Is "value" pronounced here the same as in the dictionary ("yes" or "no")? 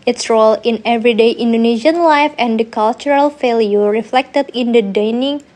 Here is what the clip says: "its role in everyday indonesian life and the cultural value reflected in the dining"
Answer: no